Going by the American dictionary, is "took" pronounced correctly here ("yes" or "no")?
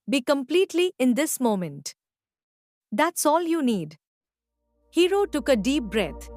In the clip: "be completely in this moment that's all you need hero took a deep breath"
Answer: yes